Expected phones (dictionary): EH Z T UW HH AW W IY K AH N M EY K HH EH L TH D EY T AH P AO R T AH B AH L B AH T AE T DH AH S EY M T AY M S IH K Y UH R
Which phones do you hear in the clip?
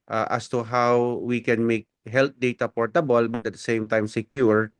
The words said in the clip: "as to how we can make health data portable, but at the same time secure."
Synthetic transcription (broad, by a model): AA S T UW HH AW W IY K AH N M EY K HH EH L T D EY T AH P AO R T AH B AH L B AH T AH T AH S EY M T AY M S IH K Y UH R